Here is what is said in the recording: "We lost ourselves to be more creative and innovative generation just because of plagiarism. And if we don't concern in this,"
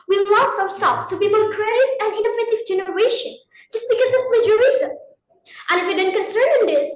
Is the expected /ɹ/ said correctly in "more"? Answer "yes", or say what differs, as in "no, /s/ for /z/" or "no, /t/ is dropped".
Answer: no, /l/ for /ɹ/